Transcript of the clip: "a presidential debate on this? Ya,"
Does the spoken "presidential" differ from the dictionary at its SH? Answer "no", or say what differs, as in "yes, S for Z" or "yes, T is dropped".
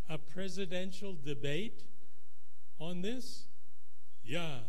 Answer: no